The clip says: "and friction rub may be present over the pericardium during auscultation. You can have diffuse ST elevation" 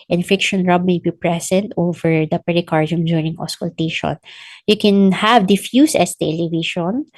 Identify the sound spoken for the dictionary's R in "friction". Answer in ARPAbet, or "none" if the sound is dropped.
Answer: none